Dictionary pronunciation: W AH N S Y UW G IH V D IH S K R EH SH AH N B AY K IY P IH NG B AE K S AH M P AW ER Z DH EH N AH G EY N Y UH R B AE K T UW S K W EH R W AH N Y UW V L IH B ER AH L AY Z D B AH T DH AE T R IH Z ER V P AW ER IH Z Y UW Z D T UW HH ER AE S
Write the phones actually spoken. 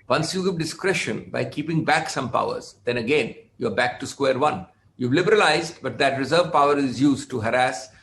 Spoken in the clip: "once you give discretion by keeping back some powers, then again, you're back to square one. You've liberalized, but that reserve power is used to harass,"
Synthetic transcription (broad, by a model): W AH N S Y UW G IH V D IH S K R EH SH AH N B AY K IY P IH NG B AE K S AH M P AW ER Z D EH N AH G EY N Y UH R B AE K T UW S K W EH R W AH N Y UW V L IH B ER AH L AY Z D B AH T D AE T R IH Z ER V P AW ER IH Z Y UW Z D T UW HH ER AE S